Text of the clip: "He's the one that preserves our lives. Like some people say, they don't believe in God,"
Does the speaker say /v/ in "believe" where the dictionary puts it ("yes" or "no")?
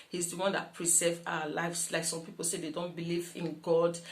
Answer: yes